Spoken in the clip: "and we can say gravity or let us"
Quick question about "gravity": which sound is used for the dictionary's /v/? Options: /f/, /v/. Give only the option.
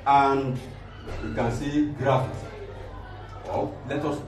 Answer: /f/